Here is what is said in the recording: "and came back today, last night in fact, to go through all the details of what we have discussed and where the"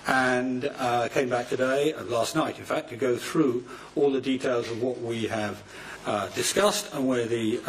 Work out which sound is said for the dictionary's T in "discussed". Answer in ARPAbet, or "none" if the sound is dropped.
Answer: T